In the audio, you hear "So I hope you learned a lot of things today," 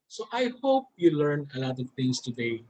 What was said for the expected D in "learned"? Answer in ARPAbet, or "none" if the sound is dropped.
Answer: none